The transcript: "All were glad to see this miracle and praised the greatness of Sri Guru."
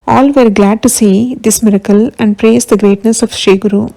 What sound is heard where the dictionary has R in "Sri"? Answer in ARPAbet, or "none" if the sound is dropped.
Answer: none